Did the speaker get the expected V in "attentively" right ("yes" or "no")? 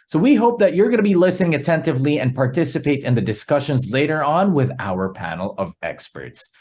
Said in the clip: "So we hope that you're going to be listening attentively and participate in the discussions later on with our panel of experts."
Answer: yes